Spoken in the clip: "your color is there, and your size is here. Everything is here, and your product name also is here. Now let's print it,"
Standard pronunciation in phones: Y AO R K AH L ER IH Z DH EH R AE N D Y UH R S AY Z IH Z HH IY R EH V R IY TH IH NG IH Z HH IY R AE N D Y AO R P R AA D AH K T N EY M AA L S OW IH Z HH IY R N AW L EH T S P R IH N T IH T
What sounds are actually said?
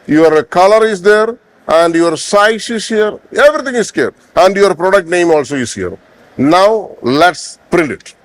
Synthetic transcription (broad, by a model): Y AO R K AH L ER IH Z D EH R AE N D Y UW R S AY S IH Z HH IY R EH V R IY T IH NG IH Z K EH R AE N D Y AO R P R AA D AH K T N EY M AA L S OW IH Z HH IY R N AW L EH T S P R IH N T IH T